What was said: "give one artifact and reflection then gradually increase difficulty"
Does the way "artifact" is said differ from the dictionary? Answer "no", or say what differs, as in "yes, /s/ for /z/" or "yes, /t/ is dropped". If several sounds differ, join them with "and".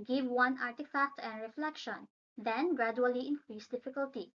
no